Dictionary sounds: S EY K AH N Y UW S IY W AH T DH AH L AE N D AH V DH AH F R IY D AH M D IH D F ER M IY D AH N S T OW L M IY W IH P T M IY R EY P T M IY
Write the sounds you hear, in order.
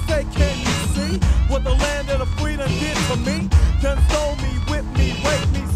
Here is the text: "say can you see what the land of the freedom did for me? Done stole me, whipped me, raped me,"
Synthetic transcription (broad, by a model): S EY K AH N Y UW S IY W AH T DH AH L AE N D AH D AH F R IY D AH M D IH D F ER M IY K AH N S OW L M IY W IH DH M IY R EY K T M IY